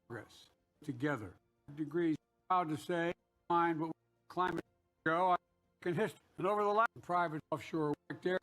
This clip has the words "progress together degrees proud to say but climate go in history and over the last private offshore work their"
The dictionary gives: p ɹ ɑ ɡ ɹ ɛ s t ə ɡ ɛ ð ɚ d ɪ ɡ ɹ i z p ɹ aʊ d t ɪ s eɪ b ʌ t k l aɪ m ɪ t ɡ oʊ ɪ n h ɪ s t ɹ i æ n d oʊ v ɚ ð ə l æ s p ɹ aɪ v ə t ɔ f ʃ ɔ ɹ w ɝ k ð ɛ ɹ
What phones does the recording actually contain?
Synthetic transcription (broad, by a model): ɡ ɹ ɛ s t ə ɡ ɛ ð ɚ d ɪ ɡ ɹ i z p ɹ aʊ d t ɪ s eɪ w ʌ t k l aɪ m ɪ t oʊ ɪ n h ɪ s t i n oʊ v ɚ ð ə l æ p ɹ aɪ v ə t ɔ f ʃ ɔ ɹ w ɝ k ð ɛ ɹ